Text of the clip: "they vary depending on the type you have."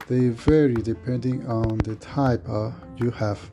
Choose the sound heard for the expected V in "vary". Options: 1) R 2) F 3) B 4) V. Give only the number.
4